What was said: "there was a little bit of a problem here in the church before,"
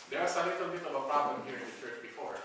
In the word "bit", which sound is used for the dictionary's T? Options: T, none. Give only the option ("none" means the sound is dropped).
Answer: T